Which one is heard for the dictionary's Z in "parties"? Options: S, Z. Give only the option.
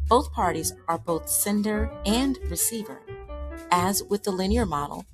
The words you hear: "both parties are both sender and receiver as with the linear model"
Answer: Z